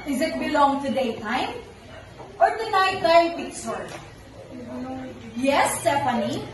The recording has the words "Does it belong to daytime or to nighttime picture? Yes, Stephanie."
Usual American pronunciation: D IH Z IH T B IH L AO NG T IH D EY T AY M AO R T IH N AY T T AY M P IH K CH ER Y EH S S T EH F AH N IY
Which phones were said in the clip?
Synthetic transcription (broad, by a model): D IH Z IH T B IH L AO NG T IH D EY T AY M AO R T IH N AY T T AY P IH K S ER Y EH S S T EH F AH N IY